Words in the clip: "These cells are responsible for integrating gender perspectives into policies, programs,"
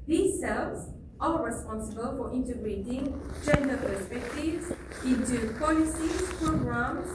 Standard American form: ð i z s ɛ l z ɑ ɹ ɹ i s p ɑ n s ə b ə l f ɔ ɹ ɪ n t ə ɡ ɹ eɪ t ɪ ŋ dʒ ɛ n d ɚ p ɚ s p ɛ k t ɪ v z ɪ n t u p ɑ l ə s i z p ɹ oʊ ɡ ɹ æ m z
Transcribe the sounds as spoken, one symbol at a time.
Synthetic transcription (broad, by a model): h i s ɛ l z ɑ l ɹ i s p ɑ n s ə b ə l f ɔ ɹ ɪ n t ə ɡ ɹ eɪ t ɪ ŋ dʒ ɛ n d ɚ p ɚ s p ɛ k t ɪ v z ɪ n t u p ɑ l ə s i p ɹ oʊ ɡ ɹ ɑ m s